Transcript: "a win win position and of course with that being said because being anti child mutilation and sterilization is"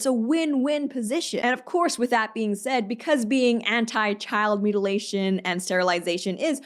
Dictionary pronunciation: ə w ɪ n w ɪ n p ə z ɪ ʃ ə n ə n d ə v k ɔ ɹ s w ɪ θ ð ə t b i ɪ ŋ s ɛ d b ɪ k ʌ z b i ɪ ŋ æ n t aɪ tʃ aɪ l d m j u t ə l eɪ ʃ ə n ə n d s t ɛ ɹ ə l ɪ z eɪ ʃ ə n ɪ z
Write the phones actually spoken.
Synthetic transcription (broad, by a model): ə w ɪ n w ɪ n p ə z ɪ ʃ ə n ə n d ə v k ɔ ɹ s w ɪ ð ə t b i ɪ ŋ s ɛ d b ɪ k ʌ z b i ɪ ŋ æ n t aɪ tʃ aɪ l d m j u t ə l eɪ ʃ ə n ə n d s t ɛ ɹ ə l ɪ z eɪ ʃ ə n ɪ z